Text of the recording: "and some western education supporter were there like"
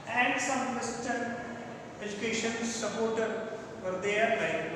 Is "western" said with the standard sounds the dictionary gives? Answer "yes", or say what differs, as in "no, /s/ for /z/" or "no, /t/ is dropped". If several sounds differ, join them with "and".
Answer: no, /n/ is dropped